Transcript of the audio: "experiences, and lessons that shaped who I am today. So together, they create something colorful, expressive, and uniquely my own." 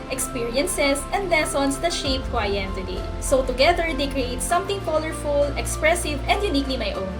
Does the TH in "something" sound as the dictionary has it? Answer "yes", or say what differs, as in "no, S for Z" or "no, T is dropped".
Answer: no, T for TH